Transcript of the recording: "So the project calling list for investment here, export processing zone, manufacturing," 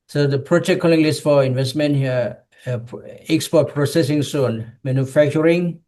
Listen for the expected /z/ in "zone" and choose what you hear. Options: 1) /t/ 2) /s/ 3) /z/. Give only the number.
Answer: 2